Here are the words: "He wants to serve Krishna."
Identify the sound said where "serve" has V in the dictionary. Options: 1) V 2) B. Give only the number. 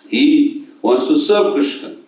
2